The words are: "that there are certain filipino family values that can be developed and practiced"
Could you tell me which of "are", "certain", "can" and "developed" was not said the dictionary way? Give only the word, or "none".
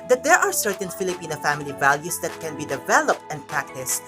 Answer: none